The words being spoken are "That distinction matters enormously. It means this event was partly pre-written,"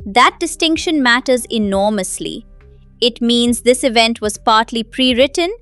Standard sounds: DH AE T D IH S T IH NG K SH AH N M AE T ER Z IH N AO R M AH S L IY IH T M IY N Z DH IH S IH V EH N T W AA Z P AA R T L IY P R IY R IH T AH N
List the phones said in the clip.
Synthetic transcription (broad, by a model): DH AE T D IH S T IH NG K SH AH N M AE T ER Z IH N AO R M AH S L IY IH T M IY N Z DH IH S IH V EH N T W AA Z P AA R T L IY P R IY R IH T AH N